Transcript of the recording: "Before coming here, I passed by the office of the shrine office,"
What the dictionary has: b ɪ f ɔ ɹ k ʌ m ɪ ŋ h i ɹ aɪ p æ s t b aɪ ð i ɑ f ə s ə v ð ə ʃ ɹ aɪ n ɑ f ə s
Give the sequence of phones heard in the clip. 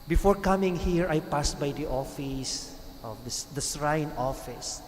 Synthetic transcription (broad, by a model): b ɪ f ɔ ɹ k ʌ m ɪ ŋ h i ɹ aɪ p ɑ s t b aɪ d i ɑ f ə s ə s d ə s ɹ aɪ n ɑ f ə s